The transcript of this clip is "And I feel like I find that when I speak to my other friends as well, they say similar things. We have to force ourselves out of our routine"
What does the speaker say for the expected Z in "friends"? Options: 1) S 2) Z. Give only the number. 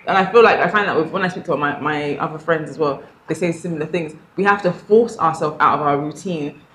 2